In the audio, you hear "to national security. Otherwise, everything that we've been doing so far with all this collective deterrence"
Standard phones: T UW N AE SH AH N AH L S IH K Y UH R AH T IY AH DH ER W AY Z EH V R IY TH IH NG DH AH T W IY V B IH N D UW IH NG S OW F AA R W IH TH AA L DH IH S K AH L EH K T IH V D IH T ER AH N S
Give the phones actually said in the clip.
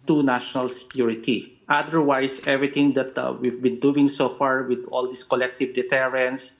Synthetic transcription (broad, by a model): T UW N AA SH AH N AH L S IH K Y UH R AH T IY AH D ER W AY S EH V R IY T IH NG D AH T W IY V B IH N D UW IH NG S OW F AA R W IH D AA L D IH S K AH L EH K T IH V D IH T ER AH N S